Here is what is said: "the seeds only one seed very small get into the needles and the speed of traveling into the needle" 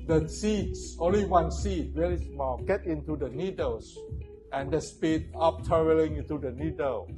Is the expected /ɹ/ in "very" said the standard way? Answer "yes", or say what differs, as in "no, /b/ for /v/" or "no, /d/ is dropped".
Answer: no, /l/ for /ɹ/